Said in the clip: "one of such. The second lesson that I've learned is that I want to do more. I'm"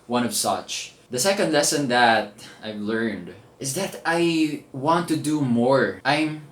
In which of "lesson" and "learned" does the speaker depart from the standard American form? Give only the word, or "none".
none